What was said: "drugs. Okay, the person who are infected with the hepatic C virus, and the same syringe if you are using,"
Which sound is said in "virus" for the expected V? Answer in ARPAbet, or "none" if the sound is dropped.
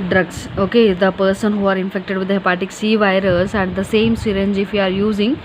V